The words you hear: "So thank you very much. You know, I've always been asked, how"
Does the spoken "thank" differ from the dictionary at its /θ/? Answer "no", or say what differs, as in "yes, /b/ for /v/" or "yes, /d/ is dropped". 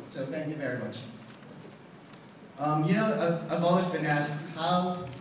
no